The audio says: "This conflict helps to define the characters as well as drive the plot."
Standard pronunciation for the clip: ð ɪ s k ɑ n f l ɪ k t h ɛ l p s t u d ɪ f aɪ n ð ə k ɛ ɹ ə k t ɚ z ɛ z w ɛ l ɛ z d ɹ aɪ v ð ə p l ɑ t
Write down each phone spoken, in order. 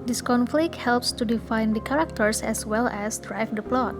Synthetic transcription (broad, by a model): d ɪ s k ɑ n f l ɪ k t h ɛ l p s t u d ɪ f aɪ n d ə k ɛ ɹ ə k t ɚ s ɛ s w ɛ l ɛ s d ɹ aɪ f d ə p l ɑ t